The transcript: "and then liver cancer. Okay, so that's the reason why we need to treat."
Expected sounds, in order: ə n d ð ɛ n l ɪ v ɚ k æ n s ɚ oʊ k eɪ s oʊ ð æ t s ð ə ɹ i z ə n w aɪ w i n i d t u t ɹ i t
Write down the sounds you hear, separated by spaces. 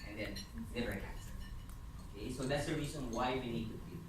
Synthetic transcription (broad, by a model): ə n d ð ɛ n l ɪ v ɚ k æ s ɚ oʊ k eɪ s oʊ ð æ t s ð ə ɹ i z ə n w aɪ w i n i d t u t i